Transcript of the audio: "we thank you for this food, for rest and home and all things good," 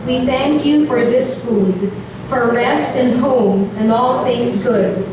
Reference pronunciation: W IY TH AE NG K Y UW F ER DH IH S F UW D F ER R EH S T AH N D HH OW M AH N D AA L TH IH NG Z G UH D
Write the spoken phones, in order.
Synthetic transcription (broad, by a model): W IY TH AE NG K Y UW F ER DH IH S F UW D F ER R EH S T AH N HH OW M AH N AA L TH IH NG Z G UH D